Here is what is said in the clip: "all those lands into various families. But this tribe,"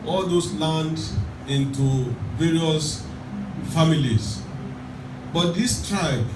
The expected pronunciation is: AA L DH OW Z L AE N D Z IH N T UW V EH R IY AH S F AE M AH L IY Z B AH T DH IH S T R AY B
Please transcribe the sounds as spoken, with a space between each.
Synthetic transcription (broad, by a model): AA L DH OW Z L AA N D IH N T UW V EH R IY AH S F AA M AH L IY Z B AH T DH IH S T R AY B